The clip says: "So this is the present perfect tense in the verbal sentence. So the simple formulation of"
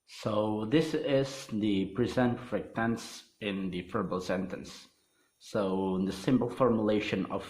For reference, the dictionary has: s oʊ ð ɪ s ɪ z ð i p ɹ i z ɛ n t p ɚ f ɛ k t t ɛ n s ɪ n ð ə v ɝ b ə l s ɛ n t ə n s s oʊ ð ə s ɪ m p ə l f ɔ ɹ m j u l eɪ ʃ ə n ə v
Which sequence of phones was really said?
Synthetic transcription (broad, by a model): s oʊ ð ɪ s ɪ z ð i p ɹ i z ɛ n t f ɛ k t t ɛ n s ɪ n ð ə f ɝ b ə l s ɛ n t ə n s s oʊ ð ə s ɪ m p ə l f ɔ ɹ m j u l eɪ ʃ ə n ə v